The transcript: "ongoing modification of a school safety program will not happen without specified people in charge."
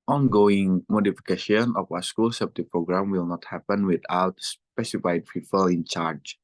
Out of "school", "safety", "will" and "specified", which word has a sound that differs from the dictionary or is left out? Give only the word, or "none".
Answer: safety